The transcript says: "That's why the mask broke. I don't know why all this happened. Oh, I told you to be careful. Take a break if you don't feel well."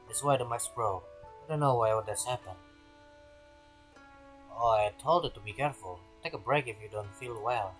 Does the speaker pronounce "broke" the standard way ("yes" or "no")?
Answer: no